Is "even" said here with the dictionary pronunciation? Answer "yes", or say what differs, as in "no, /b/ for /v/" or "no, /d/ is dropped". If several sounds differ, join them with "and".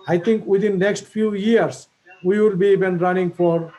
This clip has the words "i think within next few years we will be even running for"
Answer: no, /b/ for /v/